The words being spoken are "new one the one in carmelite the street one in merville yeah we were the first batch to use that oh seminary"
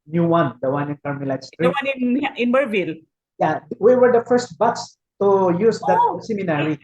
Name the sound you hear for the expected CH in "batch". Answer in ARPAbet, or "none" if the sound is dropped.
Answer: S